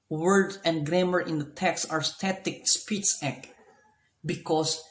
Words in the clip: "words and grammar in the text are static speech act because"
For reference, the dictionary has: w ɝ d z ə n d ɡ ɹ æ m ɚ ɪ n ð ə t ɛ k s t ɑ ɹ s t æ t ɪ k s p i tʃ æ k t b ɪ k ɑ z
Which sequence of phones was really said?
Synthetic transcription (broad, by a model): w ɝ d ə n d ɡ ɹ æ m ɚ ɪ n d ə t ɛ k s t ɑ ɹ s t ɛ t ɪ k s p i s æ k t b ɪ k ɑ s